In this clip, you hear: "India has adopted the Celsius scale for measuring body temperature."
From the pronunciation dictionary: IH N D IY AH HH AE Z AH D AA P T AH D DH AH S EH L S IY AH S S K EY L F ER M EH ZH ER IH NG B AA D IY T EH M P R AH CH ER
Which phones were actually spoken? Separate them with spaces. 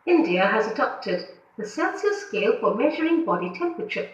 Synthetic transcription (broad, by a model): IH N D IY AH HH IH Z AH D AA P T AH D DH AH S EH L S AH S S K EY L F ER M EH ZH ER IH NG B AA D IY T EH M P R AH CH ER